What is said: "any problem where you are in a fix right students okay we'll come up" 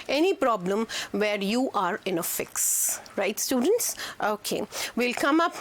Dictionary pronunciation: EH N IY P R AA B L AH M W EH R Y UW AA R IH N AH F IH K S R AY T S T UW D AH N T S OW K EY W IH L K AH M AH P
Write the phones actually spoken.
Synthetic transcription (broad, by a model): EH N IY P R AA B L AH M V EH R Y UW AA R IH N AH F IH K S R AY T S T UW D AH N T S OW K EY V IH L K AH M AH P